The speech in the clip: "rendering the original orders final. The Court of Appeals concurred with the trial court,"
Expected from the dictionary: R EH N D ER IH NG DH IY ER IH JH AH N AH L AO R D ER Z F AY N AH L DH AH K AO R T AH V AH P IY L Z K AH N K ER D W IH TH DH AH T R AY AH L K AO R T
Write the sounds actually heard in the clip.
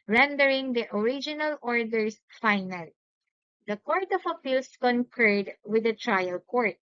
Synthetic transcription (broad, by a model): R EH N D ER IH NG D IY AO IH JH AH N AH L AO R D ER S F AY N AH L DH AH K AO R T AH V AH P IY L S K AH N K ER D W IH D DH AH T R AY AH L K AO R T